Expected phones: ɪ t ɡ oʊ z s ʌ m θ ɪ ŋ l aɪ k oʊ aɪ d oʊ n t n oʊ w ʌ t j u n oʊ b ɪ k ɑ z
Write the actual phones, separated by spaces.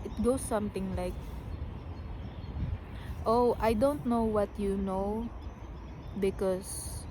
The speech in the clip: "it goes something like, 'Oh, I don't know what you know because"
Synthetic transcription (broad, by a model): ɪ t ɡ oʊ s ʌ m t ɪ ŋ l aɪ k oʊ aɪ d oʊ n t n oʊ w ʌ t j u n oʊ b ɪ k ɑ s